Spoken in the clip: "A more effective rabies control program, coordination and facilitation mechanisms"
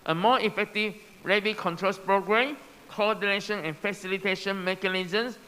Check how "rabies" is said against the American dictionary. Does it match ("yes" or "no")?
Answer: no